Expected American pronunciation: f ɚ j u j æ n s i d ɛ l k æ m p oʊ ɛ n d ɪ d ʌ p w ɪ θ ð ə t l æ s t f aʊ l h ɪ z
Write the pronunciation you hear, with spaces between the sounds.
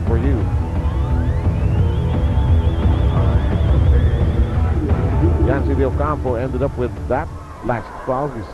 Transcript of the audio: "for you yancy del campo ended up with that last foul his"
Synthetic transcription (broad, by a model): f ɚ j u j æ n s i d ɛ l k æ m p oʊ ɛ n d ɪ d ʌ p w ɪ ð ə t l æ s t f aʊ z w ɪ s